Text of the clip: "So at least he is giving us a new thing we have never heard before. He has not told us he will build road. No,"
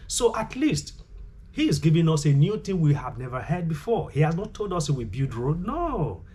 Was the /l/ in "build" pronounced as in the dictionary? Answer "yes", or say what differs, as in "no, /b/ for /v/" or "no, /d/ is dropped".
no, /l/ is dropped